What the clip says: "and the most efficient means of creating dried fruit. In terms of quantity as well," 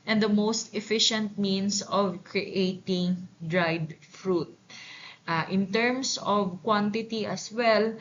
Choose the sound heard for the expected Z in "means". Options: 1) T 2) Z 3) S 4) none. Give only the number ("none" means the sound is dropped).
3